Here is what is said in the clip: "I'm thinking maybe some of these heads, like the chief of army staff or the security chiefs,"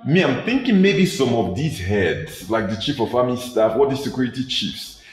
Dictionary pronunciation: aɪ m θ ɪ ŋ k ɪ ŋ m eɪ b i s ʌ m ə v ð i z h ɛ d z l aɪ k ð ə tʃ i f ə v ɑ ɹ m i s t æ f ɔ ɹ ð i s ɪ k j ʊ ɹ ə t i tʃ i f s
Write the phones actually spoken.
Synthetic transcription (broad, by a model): aɪ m θ ɪ ŋ k ɪ ŋ m eɪ b i s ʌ m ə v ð i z h ɛ d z l aɪ k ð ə tʃ i f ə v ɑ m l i s t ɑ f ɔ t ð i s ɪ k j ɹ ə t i tʃ i f s